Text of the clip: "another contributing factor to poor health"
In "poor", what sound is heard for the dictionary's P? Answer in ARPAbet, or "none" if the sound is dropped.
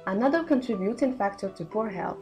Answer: P